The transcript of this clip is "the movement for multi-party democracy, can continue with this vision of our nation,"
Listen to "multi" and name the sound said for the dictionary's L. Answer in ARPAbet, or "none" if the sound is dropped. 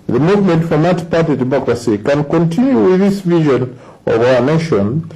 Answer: none